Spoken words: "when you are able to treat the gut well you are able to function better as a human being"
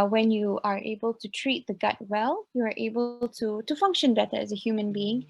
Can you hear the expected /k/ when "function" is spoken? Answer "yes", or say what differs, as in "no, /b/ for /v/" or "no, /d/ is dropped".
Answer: yes